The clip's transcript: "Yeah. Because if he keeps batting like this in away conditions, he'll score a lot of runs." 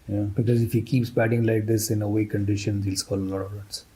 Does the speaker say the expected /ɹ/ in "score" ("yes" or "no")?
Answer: no